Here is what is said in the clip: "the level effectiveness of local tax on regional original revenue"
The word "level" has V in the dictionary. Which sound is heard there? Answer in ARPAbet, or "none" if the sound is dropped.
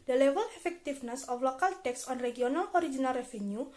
W